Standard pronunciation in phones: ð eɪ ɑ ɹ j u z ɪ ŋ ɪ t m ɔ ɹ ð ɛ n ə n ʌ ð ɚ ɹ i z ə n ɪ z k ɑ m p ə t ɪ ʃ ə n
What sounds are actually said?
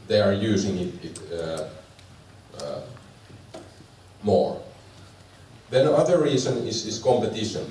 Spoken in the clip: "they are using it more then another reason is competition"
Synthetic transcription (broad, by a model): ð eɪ ɑ ɹ j u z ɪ ŋ ɪ t m ɔ ɹ ð ɛ n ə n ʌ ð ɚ ɹ i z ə n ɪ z k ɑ m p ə t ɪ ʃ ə n